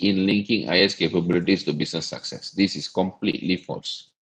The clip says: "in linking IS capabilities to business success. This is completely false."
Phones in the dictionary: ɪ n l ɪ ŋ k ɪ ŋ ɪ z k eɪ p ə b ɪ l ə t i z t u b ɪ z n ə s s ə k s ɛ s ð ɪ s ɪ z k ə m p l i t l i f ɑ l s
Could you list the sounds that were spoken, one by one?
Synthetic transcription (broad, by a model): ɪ n l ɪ ŋ k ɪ ŋ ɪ s k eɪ p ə b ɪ l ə t i s t u b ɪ s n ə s s ə k s ɛ s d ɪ s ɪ s k ə m p l i t l i f ɑ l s